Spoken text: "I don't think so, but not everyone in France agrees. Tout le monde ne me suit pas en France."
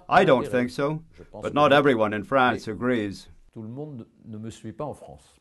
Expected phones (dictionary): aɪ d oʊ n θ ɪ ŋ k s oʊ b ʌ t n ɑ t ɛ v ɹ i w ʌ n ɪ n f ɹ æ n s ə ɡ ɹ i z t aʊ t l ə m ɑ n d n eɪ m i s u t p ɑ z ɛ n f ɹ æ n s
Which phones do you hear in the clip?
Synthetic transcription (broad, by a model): aɪ d oʊ n θ ɪ ŋ k s oʊ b ʌ t n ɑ t ɛ v ɹ i w ʌ n ɪ n f ɹ æ n s ə ɡ ɹ i z t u l ə m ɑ d n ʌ m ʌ s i p ɑ ɑ f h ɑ s